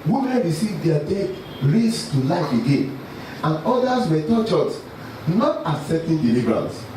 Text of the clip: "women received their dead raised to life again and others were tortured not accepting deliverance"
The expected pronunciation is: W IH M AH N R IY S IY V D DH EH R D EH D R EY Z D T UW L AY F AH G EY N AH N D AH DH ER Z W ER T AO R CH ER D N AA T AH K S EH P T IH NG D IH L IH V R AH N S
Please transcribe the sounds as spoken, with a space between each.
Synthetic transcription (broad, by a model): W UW M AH N R IY S IY V D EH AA D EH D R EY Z T UW L AY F AH G EY N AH N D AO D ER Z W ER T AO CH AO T N AA T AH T S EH T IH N D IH L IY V R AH N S